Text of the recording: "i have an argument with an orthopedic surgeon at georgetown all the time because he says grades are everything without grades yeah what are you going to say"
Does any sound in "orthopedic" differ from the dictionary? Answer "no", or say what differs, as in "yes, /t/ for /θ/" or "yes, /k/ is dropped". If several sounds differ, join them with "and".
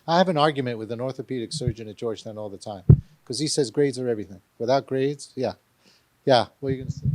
no